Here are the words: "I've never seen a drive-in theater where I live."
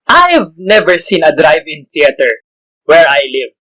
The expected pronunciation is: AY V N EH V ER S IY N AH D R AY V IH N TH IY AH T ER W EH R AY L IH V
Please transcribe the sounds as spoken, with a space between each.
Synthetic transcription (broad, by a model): AY V N EH V ER S IY N AH D R AY V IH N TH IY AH T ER W EH R AY L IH V